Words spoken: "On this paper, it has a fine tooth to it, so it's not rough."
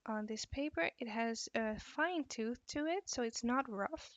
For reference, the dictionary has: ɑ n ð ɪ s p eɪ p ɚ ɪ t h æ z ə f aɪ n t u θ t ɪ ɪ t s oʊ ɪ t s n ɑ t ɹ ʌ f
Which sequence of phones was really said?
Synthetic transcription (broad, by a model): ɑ n ð ɪ s p eɪ p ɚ ɪ t h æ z ə f aɪ n t u θ t ɪ ɪ t s oʊ ɪ t s n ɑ t ɹ ʌ f